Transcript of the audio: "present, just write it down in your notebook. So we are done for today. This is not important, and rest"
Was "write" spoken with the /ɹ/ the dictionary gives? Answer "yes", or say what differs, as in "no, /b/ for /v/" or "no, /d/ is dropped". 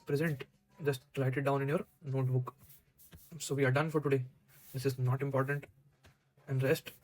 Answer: no, /l/ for /ɹ/